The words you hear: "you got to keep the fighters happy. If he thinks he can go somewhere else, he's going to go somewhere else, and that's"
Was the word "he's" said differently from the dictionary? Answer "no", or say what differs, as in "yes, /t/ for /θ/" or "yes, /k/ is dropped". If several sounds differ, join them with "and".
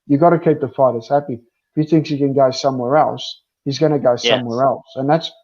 no